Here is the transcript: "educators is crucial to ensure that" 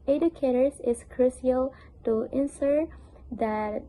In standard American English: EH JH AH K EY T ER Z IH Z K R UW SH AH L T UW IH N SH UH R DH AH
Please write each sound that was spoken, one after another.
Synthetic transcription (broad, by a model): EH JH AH K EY T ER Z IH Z K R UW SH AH L T UW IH N S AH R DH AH